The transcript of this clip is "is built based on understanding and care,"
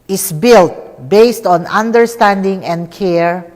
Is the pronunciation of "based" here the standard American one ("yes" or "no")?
yes